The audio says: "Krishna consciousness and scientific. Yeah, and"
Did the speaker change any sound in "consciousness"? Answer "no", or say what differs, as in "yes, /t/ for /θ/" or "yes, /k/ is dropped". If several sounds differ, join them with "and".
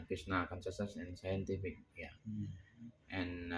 yes, /s/ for /ʃ/ and /n/ is dropped